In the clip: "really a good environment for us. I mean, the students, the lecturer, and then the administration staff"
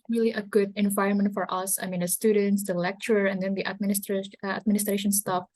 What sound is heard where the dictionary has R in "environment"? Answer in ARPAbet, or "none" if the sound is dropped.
R